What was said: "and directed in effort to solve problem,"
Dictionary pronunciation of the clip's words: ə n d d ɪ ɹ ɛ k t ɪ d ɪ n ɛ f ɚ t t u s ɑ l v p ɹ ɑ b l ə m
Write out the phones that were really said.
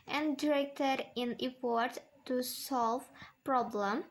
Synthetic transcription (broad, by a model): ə n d d ɪ ɹ ɛ k t ɪ d ɪ n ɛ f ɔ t t u s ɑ l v p ɹ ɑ b l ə m